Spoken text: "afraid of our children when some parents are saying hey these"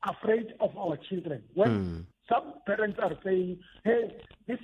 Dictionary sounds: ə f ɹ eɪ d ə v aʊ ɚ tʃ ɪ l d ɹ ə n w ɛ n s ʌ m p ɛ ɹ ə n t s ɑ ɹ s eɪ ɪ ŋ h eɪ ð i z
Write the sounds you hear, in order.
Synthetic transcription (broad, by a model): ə f ɹ eɪ d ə f aʊ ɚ tʃ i l d ɹ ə n w ɛ n s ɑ m p ɛ ɹ ə n t s ɑ ɹ s eɪ ɪ ŋ h eɪ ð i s